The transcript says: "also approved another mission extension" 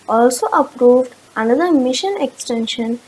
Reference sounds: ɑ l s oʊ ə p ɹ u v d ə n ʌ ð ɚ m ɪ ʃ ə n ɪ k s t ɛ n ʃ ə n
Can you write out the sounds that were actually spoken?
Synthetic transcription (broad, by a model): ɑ l s oʊ ə p ɹ u v d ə n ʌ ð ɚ m ɪ ʃ ə n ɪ k s t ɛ n ʃ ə n